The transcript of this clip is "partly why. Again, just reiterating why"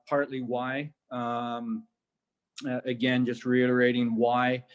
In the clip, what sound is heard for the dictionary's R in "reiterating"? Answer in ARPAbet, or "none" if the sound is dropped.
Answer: R